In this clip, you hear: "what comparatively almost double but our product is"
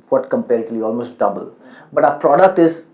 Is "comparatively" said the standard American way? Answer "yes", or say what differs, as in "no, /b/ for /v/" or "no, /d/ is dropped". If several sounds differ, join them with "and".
no, /v/ is dropped